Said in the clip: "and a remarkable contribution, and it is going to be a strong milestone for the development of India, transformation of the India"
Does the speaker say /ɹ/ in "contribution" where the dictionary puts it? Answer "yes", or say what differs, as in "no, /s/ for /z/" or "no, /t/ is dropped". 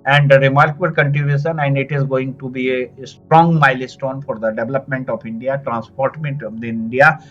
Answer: no, /ɹ/ is dropped